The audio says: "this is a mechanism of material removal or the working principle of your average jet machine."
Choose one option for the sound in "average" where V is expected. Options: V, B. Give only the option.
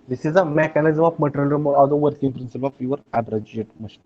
B